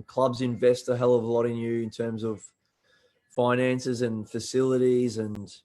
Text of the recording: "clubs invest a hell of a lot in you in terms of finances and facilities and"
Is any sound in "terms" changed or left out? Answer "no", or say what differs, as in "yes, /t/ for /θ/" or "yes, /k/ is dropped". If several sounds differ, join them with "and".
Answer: no